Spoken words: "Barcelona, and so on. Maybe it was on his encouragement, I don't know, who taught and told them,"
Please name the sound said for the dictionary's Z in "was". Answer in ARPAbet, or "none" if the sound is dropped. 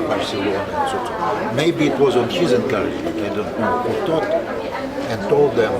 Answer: Z